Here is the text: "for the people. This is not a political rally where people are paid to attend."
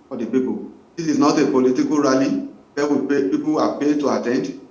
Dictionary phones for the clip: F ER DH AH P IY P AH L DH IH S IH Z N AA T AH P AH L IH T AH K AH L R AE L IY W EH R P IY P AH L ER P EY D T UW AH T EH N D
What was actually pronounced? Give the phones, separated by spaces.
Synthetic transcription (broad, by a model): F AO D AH P IY P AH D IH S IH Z N AA T AH P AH L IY T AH K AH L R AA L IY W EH W P IY P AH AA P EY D T UW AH T EH N D